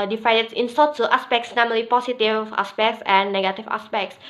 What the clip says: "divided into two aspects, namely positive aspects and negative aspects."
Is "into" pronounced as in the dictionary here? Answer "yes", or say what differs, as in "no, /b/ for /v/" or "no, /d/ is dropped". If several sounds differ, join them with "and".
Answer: no, /s/ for /t/